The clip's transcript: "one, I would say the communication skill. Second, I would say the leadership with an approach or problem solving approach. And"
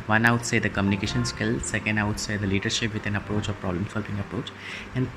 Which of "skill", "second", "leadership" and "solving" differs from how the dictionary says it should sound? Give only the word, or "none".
solving